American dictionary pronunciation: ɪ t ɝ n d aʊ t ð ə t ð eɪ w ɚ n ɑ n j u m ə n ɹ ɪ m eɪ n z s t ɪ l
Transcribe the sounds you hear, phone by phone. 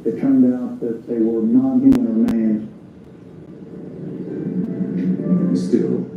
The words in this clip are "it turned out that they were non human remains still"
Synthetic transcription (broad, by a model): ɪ t ɝ n d aʊ t ð ə t ð eɪ w ɚ n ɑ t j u ə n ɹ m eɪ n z s t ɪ l